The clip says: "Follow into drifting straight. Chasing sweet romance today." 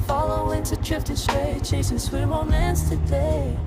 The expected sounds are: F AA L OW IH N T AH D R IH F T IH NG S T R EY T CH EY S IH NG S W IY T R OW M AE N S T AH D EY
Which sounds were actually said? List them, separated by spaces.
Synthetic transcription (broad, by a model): F AA L OW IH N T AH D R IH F T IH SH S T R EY CH EY S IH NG S W IY T W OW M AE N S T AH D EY